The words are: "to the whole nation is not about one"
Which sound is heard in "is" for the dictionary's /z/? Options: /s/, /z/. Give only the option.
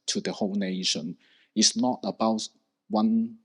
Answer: /s/